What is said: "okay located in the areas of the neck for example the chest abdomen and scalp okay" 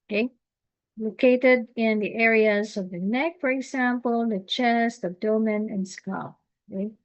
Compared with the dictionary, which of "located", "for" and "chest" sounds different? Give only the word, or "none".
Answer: none